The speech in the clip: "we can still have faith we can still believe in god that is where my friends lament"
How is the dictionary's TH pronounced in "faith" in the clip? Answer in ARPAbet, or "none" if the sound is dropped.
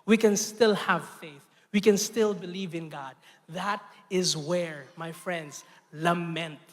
TH